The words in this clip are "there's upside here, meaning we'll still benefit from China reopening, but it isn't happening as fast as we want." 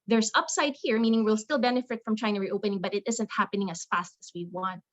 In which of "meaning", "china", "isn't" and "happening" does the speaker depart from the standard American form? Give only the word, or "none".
china